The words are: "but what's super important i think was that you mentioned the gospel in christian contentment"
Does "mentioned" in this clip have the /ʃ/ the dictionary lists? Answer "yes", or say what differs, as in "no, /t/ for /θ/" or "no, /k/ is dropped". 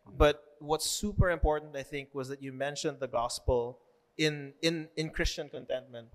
yes